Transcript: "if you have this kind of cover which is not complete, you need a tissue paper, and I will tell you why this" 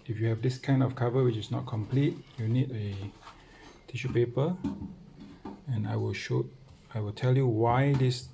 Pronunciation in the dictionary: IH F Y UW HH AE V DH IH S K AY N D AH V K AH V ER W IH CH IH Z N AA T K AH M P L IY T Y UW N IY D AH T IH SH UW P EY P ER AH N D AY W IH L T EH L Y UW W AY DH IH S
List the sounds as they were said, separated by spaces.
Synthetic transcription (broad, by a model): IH F Y UW HH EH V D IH S K AY N D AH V K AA V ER W IH CH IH S N AA T K AH M P L IY T Y UW N IY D AH T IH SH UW P EY P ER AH N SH AY W IH L T EH L Y UW W AY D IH S